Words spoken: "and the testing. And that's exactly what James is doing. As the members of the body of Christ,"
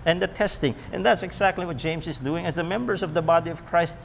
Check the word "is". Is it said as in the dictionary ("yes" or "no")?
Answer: yes